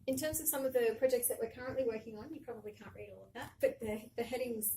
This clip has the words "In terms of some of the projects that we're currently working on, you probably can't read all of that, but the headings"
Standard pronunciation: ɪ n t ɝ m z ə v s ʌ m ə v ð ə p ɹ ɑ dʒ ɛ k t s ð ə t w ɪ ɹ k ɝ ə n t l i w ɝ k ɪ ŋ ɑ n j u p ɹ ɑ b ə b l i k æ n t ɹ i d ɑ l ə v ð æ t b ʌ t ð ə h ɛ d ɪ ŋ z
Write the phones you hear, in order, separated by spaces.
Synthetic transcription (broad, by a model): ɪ n t ɝ m z ə v s ʌ m ə v ð ə p ɹ ɑ dʒ ɛ k t s ð ə t w ɪ ɹ k ɝ ə n t l i w ɝ k ɪ ŋ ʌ n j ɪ p ɹ ɑ b ə b l i k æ n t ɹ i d ɑ l ə v ð æ t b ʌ t ð ə h ɛ d ɪ ŋ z